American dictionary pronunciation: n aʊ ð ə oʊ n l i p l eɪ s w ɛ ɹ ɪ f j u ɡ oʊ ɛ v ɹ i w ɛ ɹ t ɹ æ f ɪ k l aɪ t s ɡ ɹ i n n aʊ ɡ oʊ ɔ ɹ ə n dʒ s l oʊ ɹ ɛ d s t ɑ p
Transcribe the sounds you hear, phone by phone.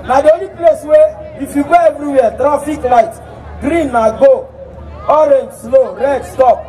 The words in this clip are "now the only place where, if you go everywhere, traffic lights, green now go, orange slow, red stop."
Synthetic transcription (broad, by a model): n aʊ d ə oʊ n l i p l eɪ s w ɛ ɪ f j u ɡ oʊ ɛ v ɹ i w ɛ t ɹ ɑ f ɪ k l aɪ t ɡ ɹ i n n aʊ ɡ oʊ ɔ ɹ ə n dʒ s l oʊ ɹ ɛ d s t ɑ p